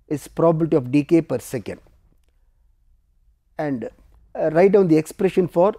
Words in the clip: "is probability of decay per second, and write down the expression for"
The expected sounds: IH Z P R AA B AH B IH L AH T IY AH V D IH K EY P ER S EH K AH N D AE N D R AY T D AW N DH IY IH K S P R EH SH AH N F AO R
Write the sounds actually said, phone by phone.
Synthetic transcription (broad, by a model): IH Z P R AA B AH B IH L T IY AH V D IH K EY P ER S EH K AH N D AE N D R AY T D AW N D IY IH K S P R EH SH AH N F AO R